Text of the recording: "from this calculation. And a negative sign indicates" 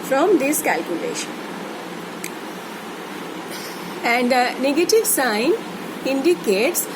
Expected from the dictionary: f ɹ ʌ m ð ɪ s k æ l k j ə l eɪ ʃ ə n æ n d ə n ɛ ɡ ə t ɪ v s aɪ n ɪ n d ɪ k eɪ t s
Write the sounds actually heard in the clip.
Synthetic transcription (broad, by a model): f ɹ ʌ m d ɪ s k æ l k j ə l eɪ ʃ ə n æ n d ə n ɛ ɡ ə t ɪ v s aɪ n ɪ n d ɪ k eɪ t s